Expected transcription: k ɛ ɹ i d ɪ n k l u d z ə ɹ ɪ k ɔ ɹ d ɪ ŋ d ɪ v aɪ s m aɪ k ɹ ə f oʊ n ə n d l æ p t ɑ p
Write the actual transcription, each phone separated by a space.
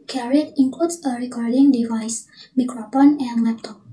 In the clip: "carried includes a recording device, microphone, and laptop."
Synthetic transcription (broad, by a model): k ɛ ɹ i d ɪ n k l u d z ə ɹ ɪ k ɔ ɹ d ɪ ŋ d ɪ v aɪ s m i k ɹ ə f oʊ n ə n d l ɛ p t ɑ p